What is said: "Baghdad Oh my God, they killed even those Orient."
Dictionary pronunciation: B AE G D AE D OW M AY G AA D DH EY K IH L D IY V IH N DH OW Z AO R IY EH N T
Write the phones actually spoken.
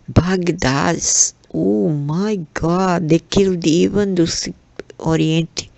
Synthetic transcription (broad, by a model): B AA G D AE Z OW M AY G AA D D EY K IH L D IY V IH N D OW S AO R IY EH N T